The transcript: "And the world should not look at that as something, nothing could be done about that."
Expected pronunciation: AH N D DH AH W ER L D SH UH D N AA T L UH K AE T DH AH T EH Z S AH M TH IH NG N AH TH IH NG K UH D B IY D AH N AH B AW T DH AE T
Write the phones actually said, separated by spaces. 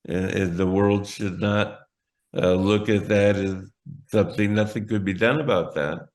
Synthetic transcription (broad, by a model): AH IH DH AH W ER L D SH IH D N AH T L UH K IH T DH AH T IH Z S AH M TH IH NG N AH TH IH NG K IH D B IY D AH N AH B AW T DH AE T